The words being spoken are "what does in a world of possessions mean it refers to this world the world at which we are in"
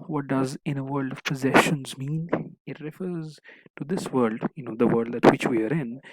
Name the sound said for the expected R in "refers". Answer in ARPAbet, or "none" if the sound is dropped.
R